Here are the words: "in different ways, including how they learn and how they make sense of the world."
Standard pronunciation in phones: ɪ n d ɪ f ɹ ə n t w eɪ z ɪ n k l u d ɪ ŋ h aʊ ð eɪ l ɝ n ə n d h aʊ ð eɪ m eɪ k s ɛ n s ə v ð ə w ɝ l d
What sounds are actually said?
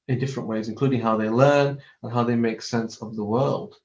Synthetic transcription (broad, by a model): ɪ n d ɪ f ɹ ə n t w eɪ z ɪ n k l u d ɪ ŋ h aʊ ð eɪ l ɝ n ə n h aʊ ð eɪ m eɪ k s ɛ n s ə v ð ə w ɝ l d